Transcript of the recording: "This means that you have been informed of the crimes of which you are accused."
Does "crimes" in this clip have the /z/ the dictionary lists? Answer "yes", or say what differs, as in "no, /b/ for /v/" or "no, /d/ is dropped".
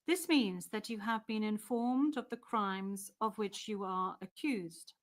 yes